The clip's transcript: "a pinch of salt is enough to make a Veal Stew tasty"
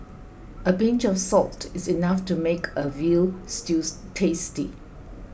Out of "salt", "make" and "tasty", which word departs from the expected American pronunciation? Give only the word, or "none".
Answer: none